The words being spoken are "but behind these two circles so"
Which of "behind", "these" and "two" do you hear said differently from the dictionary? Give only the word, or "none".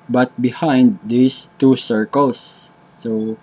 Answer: these